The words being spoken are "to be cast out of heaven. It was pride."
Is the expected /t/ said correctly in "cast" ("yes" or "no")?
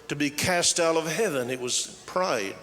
yes